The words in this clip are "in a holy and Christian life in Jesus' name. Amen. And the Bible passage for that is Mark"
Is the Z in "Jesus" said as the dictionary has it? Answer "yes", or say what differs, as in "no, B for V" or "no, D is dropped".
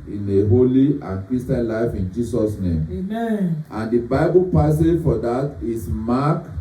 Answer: no, S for Z